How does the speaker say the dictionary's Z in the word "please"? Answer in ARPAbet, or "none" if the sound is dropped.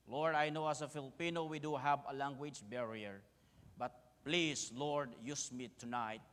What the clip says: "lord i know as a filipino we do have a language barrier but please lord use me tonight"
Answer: S